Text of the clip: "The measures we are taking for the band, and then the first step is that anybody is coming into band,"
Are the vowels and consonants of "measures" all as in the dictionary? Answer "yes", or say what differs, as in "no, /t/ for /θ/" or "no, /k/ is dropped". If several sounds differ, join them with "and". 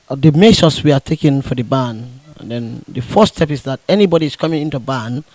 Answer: no, /s/ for /ʒ/ and /s/ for /z/